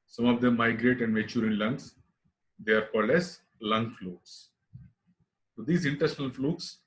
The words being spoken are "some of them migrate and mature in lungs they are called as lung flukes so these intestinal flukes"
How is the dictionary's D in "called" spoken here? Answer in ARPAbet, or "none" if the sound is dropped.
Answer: none